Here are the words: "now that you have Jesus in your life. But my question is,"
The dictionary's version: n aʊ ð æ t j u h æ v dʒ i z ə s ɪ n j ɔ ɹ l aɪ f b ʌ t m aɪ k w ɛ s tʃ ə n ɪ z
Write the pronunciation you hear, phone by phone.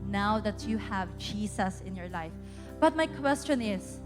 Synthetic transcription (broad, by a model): n aʊ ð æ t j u h æ v dʒ i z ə s ɪ n j ɔ ɹ l aɪ f b ʌ t m aɪ k w ɛ s tʃ ə n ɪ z